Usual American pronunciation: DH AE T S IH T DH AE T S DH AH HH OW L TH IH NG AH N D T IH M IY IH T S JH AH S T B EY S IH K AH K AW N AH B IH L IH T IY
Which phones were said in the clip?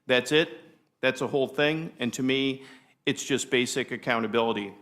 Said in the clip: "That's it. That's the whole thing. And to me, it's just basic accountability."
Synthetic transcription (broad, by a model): DH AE T S IH T DH AE T S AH HH OW L TH IH NG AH N T IH M IY IH T S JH AH S B EY S IH K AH K AW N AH B IH L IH T IY